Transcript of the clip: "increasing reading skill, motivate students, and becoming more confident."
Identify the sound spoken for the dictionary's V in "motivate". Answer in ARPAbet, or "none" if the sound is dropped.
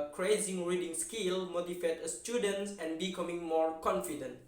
F